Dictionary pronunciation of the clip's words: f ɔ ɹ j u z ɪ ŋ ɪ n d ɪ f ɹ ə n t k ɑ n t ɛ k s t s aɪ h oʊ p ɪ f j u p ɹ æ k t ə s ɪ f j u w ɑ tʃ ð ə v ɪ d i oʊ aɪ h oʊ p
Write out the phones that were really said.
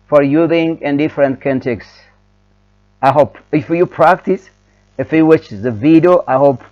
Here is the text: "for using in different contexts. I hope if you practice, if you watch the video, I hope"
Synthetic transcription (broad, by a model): f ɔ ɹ j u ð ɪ ŋ ɪ n d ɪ f ɹ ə n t k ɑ n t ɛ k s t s aɪ h oʊ p ɪ f j u p ɹ æ k t ə s ɪ f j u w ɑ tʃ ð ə v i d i oʊ aɪ h oʊ p